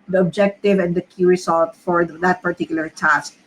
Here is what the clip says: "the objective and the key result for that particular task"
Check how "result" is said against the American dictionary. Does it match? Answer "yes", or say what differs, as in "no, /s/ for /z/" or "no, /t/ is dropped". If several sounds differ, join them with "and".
no, /s/ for /z/